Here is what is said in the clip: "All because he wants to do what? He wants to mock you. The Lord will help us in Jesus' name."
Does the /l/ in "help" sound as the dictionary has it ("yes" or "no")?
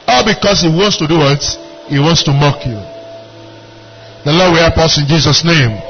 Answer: no